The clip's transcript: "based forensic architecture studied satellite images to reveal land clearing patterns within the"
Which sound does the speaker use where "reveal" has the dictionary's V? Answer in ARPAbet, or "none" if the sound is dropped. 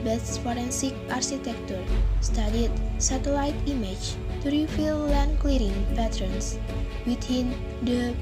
F